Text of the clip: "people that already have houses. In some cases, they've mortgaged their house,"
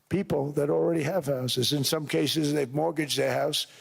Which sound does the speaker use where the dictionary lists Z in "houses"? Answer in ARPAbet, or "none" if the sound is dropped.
Z